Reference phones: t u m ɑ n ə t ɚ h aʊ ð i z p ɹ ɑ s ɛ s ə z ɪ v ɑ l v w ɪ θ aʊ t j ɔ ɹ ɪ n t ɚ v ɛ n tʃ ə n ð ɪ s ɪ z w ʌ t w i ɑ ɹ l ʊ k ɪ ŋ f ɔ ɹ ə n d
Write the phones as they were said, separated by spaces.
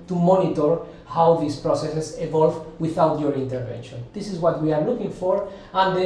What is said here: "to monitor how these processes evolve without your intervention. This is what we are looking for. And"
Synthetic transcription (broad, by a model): t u m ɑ n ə t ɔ h aʊ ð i s p ɹ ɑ s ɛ s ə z ɪ v ɑ l v w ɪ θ aʊ t j ɔ ɹ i n t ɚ v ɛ n ʃ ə n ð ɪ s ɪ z w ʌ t w i ɑ ɹ l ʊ k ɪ ŋ f ɔ ɹ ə n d